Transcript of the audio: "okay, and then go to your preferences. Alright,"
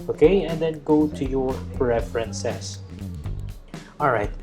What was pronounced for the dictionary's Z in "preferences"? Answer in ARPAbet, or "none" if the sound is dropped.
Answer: S